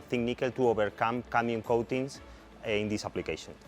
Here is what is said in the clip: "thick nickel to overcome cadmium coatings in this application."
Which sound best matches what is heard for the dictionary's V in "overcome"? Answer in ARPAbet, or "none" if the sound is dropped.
B